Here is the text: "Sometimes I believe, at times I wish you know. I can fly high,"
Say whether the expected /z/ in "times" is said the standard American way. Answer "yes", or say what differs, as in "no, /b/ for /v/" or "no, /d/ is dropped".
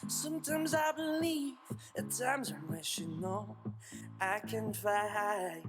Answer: yes